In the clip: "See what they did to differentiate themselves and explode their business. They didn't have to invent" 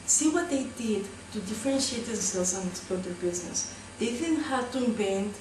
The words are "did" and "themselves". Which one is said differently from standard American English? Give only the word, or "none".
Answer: themselves